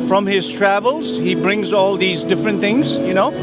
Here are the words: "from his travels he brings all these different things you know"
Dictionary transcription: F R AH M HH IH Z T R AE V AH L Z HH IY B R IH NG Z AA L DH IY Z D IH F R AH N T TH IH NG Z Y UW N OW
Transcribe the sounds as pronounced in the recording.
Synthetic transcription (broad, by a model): F R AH M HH IH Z T R AE V AH L Z HH IY B R IH NG Z AA L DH IY Z D IH F R AH N T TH IH NG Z Y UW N OW